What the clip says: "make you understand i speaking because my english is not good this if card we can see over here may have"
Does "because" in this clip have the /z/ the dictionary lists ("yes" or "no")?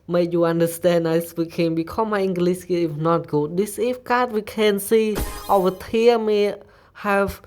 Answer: no